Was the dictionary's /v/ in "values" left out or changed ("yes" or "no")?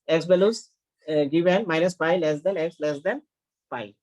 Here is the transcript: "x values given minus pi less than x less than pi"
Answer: yes